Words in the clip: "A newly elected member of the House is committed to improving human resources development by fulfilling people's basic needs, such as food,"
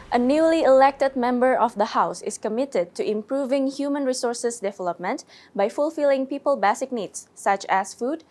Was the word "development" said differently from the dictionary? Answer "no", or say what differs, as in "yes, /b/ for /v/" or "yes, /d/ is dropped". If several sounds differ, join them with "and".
no